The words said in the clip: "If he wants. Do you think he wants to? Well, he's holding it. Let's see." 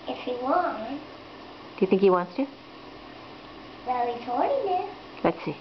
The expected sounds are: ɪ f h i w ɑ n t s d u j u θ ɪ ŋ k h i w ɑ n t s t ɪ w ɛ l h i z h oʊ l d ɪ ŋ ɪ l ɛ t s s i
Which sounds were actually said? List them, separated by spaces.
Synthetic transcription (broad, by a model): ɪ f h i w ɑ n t d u j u θ ɪ ŋ k h i w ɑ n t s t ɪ w ɛ l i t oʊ d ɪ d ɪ l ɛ t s s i